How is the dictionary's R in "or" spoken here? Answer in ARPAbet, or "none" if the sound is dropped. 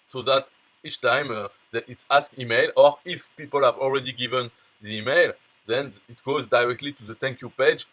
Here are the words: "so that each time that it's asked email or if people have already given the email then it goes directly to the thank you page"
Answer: R